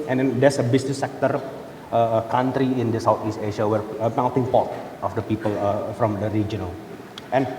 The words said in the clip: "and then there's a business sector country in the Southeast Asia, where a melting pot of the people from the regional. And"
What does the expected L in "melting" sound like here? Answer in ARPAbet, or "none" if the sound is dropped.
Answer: N